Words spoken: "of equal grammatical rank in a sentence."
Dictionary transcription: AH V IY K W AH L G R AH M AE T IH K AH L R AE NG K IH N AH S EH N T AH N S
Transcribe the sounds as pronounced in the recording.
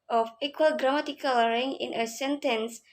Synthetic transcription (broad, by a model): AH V IY K W AH L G R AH M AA T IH K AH L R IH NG IH N AH S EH N T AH N S